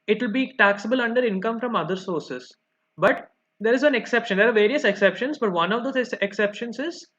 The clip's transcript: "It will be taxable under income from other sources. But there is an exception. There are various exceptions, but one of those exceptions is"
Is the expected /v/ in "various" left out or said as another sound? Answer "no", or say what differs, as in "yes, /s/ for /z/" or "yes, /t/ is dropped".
no